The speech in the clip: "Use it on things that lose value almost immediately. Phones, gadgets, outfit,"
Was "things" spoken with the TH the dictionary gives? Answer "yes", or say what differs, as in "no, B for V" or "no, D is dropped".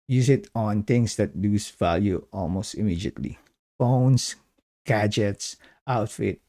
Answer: no, T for TH